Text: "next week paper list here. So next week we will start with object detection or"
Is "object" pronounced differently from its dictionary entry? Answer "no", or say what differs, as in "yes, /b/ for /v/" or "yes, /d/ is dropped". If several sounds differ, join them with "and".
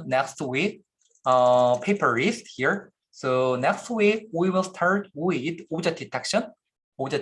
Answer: yes, /b/ is dropped